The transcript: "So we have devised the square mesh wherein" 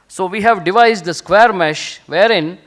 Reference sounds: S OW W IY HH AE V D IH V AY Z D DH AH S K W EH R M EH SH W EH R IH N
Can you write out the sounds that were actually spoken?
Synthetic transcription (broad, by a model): S OW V IY HH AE V D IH V AY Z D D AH S K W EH R M EH SH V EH R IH N